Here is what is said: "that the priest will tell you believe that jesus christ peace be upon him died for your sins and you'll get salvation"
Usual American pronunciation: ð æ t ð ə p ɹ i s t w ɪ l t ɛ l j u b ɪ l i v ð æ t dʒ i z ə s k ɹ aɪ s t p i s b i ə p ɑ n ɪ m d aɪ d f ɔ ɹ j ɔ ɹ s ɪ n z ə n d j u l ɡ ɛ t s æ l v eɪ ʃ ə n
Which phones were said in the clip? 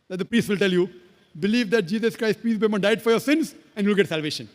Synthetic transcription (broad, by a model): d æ t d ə p ɹ i s t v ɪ l t ɛ l j u b ɪ l i v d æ t dʒ i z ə s k ɹ aɪ s t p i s b i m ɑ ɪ d aɪ d f ɔ ɹ j ɔ ɹ s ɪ n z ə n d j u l ɡ ɛ t s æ l v eɪ ʃ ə n